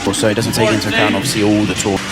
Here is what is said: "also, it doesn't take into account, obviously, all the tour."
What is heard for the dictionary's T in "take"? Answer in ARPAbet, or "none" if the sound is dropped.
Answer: S